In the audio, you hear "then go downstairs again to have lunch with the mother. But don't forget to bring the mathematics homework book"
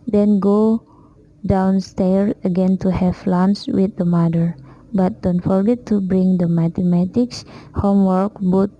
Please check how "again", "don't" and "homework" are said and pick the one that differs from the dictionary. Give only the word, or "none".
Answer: none